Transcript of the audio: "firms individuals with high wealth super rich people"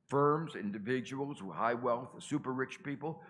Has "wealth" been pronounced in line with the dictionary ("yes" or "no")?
yes